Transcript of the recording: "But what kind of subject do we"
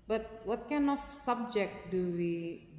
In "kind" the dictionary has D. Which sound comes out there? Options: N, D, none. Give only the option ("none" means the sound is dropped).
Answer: none